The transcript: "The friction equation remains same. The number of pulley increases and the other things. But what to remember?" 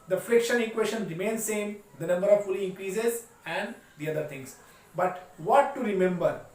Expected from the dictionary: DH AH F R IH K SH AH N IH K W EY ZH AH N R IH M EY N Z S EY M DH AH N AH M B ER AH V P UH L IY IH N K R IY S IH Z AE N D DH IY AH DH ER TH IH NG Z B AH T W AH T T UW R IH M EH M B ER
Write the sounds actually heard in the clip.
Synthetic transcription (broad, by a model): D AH F R IH K SH AH N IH K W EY SH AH N R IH M EY N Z S EY M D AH N AH M B ER AH V F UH L IY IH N K R IY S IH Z AE N D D IY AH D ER T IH NG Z B AH T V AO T T UW R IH M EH M B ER